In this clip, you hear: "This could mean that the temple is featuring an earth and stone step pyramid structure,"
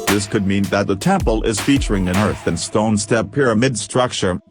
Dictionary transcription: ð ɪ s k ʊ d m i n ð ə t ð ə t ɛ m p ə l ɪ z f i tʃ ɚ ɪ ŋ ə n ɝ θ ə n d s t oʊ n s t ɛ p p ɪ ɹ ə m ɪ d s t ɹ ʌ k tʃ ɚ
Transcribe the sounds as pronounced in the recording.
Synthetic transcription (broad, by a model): ð ɪ s k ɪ d m i n ð ə t ð ə t ɛ m p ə l ɪ z f i tʃ ɚ ɪ ŋ ə n ɝ θ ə n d s t oʊ n s t ɛ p p ɪ ɹ ə m ɪ d s t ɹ ʌ k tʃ ɚ